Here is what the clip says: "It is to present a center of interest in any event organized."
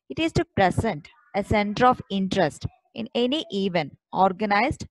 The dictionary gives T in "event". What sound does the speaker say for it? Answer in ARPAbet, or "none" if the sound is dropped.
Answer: none